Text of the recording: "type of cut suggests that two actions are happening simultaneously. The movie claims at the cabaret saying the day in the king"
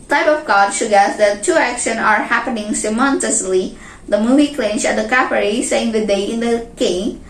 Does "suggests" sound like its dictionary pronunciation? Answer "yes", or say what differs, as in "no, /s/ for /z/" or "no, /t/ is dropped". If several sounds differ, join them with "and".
no, /dʒ/ is dropped